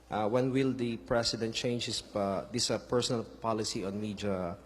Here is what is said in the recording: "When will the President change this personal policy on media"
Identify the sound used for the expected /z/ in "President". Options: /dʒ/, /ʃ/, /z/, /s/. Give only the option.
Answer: /s/